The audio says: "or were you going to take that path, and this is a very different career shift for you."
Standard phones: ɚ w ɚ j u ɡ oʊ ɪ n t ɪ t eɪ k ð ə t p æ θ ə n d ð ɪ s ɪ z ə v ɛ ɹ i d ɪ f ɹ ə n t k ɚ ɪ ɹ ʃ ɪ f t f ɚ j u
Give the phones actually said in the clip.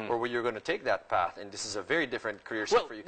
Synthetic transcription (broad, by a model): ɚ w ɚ j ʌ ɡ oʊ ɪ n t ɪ t eɪ k ð ə t p æ θ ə n ð ɪ s ɪ z ə v ɛ ɹ i d ɪ f ɹ ə n t k ɚ ɪ ɹ s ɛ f f ɚ j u